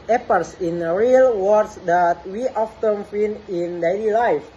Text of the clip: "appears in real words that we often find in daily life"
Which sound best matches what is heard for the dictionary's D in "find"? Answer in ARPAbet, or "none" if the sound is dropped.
none